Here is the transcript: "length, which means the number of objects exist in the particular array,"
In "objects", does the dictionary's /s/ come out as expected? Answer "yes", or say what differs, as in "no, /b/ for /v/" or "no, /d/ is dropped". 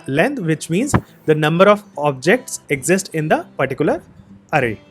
yes